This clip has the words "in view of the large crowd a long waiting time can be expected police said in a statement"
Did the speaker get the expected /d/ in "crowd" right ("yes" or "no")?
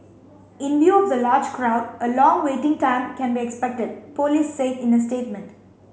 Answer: yes